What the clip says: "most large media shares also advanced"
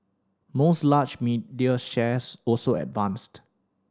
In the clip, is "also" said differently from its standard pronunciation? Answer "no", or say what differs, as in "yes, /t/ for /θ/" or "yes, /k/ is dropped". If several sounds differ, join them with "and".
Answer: no